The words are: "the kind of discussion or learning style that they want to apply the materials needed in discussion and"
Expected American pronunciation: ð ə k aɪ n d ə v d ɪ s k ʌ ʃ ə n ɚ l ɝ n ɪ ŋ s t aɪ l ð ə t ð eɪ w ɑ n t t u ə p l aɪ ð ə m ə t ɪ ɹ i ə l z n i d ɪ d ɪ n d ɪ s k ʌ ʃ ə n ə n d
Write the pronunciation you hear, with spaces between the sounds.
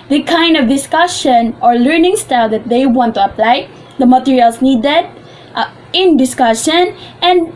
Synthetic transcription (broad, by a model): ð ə k aɪ n d ə v d ɪ s k ʌ ʃ ə n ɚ l ɝ n ɪ ŋ s t aɪ l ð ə t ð eɪ w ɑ n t t u ə p l aɪ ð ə m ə t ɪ ɹ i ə l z n i d ɪ d ɪ n d ɪ s k ʌ ʃ ə n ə n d